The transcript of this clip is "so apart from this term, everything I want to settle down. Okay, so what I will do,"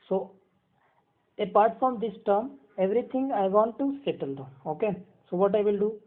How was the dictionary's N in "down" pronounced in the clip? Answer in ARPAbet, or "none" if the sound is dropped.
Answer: none